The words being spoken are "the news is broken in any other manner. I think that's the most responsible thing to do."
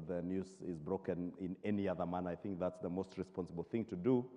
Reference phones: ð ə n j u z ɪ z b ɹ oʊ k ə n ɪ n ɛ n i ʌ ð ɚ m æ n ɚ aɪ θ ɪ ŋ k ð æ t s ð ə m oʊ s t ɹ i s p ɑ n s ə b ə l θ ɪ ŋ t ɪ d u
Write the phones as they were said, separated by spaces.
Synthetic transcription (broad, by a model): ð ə n j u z ɪ z b ɹ oʊ k ə n ɪ n ɛ n i ʌ ð ɚ m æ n aɪ θ ɪ ŋ k ð æ t s ð ə m oʊ s t ɹ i s p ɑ n s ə b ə l θ ɪ ŋ t ɪ d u